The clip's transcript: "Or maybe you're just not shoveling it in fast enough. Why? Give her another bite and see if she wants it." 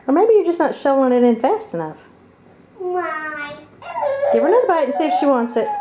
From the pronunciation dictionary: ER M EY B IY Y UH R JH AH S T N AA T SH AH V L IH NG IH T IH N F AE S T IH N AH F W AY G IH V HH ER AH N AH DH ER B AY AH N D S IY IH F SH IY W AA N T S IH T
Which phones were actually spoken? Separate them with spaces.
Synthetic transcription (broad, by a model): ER M EY B IY Y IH JH AH S N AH T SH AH L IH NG IH T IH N F AE S T IH N AH F W AY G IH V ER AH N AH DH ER B AY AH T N S IY IH F SH IY W AA N T S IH T